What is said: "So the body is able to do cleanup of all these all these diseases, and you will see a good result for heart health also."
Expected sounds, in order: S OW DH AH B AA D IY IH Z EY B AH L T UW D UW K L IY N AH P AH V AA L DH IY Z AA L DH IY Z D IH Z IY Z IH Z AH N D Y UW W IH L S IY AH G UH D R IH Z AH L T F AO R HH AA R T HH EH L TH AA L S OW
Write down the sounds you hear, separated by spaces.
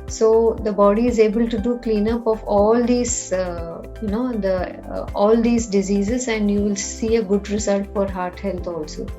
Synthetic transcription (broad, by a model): S OW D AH B AA D IY IH Z EY B AH L T UW D UW K L IY N AH P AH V AA L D IY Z AA L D IY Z D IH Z IY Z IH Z AH N D Y UW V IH L S IY AH G UH D R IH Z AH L T F AO R HH AA R T HH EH L T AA L S OW